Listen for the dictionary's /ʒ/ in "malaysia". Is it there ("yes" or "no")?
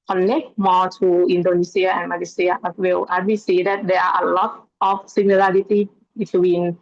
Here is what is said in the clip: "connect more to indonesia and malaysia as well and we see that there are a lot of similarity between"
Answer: no